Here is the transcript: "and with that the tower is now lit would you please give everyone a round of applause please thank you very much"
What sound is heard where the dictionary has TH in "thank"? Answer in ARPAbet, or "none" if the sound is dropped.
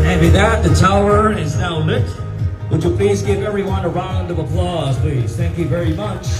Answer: TH